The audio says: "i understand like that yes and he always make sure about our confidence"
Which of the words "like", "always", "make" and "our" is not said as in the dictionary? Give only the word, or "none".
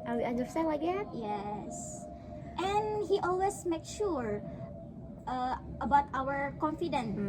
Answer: always